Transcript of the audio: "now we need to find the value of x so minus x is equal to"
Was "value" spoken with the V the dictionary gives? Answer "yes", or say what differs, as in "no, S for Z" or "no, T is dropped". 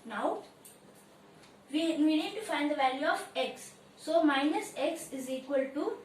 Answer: yes